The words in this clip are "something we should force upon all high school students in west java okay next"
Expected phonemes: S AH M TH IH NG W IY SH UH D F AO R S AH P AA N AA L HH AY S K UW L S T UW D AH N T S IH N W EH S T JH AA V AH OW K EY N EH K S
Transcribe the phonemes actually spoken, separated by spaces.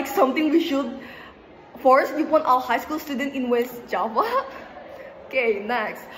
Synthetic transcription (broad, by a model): S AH M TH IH NG W IY SH UH D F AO R S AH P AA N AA W HH AY S K UW L S T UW D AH N T IH N W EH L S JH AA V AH OW K EY N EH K S